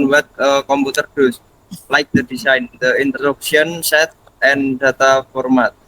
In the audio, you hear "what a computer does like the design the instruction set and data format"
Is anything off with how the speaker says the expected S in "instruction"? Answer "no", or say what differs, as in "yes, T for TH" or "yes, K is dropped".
yes, S is dropped